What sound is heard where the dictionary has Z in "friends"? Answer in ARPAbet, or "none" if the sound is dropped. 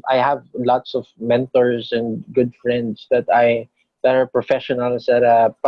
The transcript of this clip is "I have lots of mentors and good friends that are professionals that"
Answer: S